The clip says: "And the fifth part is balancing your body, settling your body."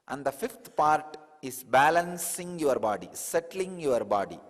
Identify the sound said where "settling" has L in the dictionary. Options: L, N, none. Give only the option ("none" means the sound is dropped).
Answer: L